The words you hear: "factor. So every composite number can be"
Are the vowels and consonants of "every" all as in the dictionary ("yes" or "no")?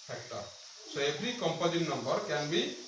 no